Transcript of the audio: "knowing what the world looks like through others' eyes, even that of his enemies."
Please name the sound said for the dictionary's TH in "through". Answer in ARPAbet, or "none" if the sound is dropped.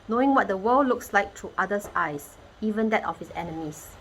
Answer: T